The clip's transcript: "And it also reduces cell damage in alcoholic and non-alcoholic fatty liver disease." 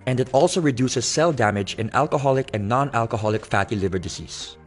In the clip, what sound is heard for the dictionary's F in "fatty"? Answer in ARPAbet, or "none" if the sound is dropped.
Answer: F